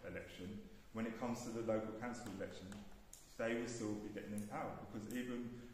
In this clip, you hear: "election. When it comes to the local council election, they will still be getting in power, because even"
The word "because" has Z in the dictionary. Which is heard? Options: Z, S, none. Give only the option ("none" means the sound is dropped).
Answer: Z